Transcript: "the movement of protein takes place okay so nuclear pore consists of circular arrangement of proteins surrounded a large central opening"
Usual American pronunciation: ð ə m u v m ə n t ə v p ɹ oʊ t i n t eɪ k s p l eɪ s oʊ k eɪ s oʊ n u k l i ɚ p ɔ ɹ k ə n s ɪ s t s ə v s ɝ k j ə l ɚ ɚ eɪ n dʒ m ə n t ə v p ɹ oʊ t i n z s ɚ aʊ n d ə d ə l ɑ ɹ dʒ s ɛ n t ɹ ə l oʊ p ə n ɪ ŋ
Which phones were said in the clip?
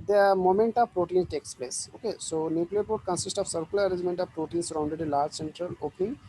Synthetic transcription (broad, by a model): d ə m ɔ m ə n t ə v p ɹ oʊ t i n t eɪ k s p l eɪ s oʊ k eɪ s oʊ n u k l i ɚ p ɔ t k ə n s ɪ s t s ə v s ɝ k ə l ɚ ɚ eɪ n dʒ m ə n t ə v p ɹ oʊ t i n s ɚ aʊ n d ə d ə l ɑ ɹ dʒ s ɛ n t ɹ ə l oʊ p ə n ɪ ŋ